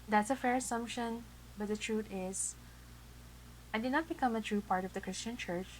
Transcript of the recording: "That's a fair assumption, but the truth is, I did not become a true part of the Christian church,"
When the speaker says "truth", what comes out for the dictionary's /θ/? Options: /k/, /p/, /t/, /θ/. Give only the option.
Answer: /t/